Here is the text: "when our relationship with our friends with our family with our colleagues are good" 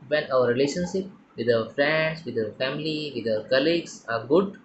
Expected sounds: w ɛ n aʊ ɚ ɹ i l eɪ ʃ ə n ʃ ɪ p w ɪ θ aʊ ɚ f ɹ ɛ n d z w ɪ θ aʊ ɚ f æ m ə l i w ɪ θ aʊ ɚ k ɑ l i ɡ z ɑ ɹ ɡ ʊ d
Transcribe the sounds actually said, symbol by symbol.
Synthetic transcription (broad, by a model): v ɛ n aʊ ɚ ɹ i l eɪ ʃ ə n ʃ ɪ p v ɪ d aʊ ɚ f ɹ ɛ n d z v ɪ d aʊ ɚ f æ m ə l i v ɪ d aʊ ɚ k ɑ l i ɡ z ɑ ɹ ɡ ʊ d